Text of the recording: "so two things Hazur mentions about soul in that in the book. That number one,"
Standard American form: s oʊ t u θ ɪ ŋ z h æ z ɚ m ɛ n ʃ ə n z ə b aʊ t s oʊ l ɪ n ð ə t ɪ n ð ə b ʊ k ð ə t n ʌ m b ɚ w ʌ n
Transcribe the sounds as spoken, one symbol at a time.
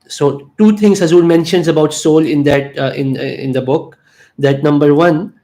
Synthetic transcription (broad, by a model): s oʊ t u t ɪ ŋ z h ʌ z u m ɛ n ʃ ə n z ə b aʊ t s oʊ l ɪ n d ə t ɪ n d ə b ʊ k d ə t n ʌ m b ɚ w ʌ n